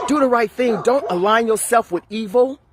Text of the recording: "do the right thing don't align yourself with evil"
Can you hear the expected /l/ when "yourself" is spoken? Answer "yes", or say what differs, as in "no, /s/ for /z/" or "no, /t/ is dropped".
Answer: yes